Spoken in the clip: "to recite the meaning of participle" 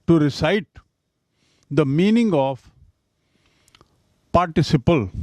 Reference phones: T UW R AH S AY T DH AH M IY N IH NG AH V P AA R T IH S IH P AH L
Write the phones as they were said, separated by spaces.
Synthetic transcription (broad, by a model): T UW R AH S AY T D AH M IY N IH NG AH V P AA R T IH S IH P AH L